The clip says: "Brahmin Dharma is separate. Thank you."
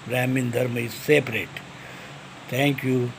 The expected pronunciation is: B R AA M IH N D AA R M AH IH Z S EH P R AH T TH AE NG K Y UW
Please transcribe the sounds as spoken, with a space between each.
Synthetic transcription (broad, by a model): R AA M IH N D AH R M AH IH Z S EH P R AH T T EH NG K Y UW